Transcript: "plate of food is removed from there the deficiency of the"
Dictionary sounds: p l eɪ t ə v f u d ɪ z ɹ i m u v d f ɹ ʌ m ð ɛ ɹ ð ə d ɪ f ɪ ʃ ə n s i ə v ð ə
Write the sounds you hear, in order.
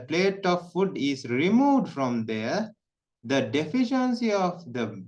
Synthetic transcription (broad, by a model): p l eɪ t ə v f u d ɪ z ɹ i m u v d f ɹ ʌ m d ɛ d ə d ɪ f ɪ ʃ ə n s i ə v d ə